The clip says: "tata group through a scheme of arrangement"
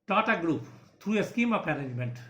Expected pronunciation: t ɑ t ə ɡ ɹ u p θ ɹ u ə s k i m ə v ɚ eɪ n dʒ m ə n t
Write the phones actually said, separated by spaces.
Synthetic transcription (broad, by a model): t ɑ t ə ɡ ɹ u p t ɹ u ə s k i m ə p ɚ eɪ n dʒ m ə n t